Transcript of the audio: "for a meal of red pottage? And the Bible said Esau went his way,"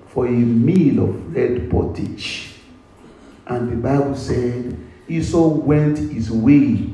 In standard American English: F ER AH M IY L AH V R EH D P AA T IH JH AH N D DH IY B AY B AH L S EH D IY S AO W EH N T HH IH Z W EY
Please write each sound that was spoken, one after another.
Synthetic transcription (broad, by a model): F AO AH M IY L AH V R EH D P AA T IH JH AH N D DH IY B AY B AH L S EH D IY S AO W EH N T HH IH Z W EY